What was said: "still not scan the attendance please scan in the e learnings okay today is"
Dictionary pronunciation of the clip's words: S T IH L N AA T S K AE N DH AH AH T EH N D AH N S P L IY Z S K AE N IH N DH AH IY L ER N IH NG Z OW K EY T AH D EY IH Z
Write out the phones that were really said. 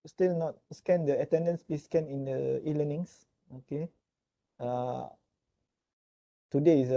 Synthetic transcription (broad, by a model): S T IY L N AA T S K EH N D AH AH T EH N D AH N S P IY S K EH N IH N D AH IY L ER N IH NG S OW K EY T AH D EY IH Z